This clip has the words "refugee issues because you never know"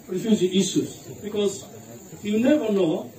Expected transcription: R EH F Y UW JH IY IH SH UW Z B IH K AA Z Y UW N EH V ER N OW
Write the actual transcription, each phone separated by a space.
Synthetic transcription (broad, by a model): R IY F Y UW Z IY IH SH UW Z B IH K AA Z Y UW N EH V ER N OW